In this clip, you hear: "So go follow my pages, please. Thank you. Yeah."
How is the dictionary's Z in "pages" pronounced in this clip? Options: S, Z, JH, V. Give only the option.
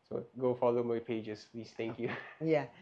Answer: S